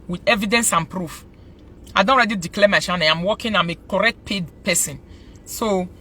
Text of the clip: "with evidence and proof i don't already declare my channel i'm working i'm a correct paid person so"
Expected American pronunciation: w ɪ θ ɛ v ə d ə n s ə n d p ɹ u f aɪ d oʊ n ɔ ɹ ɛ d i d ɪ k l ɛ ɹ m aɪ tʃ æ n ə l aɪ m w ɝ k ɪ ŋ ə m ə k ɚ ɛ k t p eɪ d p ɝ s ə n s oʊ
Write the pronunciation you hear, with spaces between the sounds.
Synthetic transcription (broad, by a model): w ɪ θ ɛ v ə d ə n s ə n p ɹ u f aɪ d oʊ n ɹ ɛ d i d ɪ k l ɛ m aɪ ʃ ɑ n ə n aɪ m w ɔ k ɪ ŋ ə m ə k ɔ ɛ k t p eɪ d p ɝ s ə n s oʊ